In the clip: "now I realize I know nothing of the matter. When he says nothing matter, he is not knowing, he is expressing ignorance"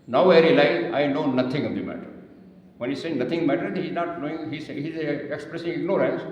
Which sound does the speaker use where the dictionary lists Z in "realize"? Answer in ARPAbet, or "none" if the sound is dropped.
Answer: none